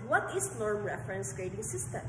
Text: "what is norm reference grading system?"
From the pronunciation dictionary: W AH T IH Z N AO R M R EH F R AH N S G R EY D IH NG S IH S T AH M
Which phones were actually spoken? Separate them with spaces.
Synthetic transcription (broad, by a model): W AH T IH S N AO R M R EH F R AH N S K R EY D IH NG S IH S T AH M